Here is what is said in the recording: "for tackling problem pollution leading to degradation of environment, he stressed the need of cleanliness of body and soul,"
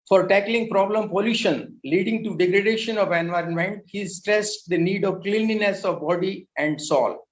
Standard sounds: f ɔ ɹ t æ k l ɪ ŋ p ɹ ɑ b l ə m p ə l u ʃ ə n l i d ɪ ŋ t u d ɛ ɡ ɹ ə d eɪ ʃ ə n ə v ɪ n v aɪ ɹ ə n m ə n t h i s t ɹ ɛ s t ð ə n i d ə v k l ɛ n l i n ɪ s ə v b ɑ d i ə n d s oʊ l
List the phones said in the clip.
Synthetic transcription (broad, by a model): f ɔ ɹ t æ k l ɪ ŋ p ɹ ɑ b l ə m p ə l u ʃ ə n l i d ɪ ŋ t u d ɛ ɡ ɹ ə d eɪ ʃ ə n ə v ɪ n v aɪ ɹ ə n m ə n t h i s t ɹ ɛ s t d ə n i d ə v k l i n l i n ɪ s ə v b ɑ d i ə n d s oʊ l